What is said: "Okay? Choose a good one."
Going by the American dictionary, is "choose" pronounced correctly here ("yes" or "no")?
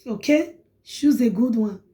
no